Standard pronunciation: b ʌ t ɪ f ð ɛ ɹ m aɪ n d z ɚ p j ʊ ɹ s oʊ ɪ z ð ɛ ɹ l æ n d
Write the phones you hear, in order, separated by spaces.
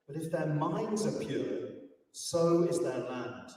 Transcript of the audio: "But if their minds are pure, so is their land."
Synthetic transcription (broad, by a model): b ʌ t ɪ f ð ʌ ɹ m aɪ n d z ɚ p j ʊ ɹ s oʊ ɪ z ð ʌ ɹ l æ n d